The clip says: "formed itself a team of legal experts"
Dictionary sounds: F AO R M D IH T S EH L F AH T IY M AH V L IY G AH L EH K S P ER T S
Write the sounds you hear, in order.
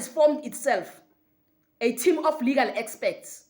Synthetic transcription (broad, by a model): F AO M D IH T S EH L F AH T IY M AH F L IY G AH L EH K S P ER T S